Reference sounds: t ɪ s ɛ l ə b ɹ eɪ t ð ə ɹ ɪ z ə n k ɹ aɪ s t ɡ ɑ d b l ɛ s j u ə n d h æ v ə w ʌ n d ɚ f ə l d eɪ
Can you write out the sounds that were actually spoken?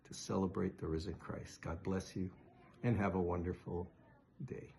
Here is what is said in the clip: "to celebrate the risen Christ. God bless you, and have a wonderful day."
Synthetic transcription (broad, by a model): t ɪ s ɛ l ə b ɹ eɪ t ð ə ɹ ɪ z ə n k ɹ aɪ s t ɡ ɑ d b l ɛ s j u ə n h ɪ v ə w ʌ n d ɚ f l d eɪ